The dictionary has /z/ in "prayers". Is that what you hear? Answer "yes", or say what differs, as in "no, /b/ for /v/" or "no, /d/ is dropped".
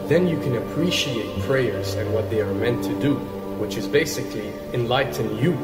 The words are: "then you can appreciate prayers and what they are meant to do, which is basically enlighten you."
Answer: yes